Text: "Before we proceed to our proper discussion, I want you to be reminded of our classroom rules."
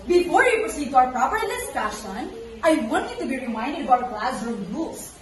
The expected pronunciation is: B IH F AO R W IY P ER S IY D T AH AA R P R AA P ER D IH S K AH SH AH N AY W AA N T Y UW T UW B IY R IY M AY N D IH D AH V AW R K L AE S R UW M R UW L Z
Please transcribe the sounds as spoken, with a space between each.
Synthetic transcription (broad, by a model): B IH F AO R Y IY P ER S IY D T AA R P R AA P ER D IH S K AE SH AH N AY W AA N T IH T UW B IY R IY M AY N D IH D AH B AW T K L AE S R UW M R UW L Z